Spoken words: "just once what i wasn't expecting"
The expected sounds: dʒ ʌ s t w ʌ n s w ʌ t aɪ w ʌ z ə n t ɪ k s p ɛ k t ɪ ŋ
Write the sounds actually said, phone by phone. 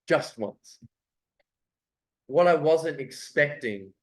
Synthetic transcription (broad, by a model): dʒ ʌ s t w ʌ n s w ʌ t aɪ w ʌ z ə n t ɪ k s p ɛ k t ɪ ŋ